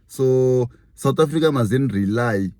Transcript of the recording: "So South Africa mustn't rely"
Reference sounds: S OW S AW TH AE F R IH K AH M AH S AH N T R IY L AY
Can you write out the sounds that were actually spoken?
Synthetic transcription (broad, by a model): S OW S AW T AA F R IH K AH M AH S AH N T R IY L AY